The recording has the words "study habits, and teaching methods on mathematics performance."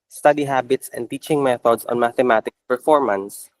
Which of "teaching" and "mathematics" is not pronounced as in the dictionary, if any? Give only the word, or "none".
mathematics